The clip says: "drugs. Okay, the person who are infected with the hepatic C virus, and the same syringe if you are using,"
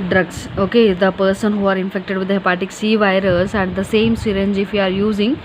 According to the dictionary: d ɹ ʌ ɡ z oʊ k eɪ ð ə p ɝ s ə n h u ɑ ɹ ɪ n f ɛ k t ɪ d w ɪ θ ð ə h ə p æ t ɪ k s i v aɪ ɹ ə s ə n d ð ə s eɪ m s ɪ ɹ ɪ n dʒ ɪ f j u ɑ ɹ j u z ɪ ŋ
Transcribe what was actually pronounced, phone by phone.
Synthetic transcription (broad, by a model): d ɹ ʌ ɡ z oʊ k eɪ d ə p ɝ s ə n h u ɑ ɹ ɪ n f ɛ k t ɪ d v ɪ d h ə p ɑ t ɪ k s i v aɪ ɹ ə s ə n d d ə s eɪ m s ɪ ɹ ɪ n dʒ ɪ f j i ɑ ɹ j u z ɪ ŋ